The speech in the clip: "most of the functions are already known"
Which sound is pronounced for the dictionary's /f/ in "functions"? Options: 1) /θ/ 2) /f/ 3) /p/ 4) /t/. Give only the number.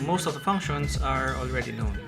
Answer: 3